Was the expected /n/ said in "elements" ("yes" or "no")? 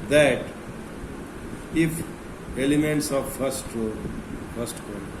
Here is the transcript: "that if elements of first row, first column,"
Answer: yes